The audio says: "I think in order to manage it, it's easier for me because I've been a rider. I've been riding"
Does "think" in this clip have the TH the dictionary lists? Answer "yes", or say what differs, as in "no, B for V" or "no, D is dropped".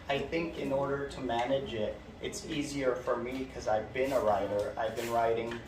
yes